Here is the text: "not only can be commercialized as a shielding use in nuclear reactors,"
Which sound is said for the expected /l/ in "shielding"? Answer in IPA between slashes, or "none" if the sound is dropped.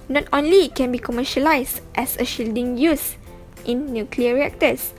/l/